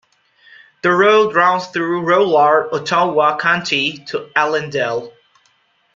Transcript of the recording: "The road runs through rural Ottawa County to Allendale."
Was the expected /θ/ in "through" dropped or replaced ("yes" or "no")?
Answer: no